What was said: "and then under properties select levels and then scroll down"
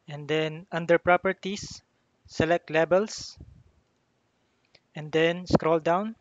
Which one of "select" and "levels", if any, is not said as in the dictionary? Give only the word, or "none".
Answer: levels